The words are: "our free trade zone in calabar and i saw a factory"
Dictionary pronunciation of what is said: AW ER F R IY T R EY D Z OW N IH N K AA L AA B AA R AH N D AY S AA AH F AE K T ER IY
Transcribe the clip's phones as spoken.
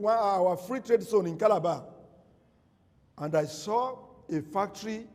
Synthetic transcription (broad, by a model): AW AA F R IY T R EY D S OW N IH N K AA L AA B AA AH N D AY S AA AH F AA K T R IY